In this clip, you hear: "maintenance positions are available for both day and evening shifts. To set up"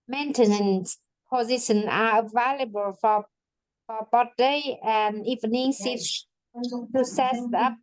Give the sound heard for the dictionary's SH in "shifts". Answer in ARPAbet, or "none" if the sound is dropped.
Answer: S